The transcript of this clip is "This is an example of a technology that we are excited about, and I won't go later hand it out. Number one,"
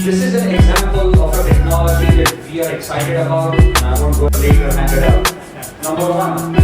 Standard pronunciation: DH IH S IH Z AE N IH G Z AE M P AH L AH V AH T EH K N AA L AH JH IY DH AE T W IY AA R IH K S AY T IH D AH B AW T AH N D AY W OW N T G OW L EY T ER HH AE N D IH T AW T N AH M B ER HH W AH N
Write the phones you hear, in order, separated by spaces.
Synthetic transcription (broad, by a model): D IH S IH Z AE N IH G Z AE M P AH L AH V AH T EH K N AA L AH JH IY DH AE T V IY AA R IH K S AY T IH D AH B AW T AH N AY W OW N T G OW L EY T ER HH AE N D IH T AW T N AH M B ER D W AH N